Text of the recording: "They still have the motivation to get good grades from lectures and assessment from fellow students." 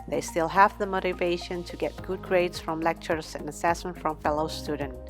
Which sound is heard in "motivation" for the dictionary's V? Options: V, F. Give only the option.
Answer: V